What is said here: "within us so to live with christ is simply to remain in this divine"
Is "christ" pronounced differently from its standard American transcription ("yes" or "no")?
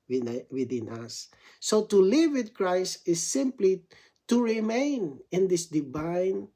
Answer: no